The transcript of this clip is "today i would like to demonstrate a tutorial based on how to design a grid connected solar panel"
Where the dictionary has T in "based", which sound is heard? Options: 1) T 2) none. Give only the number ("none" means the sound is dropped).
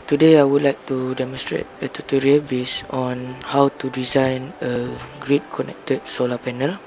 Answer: 2